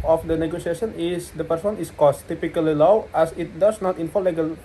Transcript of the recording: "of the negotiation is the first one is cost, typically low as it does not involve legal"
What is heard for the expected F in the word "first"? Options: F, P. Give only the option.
P